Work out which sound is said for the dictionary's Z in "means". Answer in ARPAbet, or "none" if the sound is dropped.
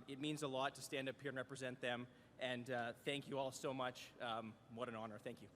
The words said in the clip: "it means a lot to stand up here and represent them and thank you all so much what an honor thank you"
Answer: Z